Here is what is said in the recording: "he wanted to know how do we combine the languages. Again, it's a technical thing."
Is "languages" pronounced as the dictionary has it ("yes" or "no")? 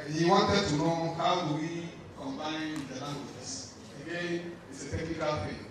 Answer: no